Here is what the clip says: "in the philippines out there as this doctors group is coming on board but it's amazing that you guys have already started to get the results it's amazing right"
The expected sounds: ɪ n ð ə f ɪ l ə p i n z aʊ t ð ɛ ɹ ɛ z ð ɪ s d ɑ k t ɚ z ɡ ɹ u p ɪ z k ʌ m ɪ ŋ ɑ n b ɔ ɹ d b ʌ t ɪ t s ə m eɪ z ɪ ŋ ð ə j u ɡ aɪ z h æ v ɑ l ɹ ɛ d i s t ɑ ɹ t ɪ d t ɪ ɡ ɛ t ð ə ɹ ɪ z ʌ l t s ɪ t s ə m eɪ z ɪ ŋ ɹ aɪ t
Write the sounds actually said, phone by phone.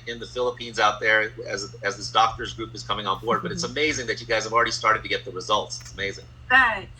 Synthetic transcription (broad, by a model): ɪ n ð ə f ɪ l ə p i n z aʊ t ð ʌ ɹ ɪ z ð ɪ s d ɑ k t ɚ z ɡ ɹ u p ɪ z k ʌ m ɪ ŋ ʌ n b ɔ ɹ d b ʌ t ɪ t s ə m eɪ z ɪ ŋ ð ə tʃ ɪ ɡ aɪ z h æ v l ɹ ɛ d i s t ɑ ɹ t ɪ d t ɪ ɡ ɛ t ð ə ɹ ɪ z ʌ l t s ɪ t s ə m eɪ z ɪ ŋ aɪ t